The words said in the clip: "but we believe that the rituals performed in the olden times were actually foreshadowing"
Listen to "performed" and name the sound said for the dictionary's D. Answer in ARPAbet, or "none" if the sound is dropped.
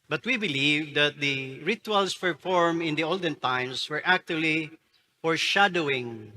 none